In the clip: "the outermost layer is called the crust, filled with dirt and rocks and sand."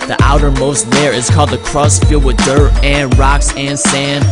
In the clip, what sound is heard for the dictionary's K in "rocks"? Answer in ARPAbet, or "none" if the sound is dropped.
K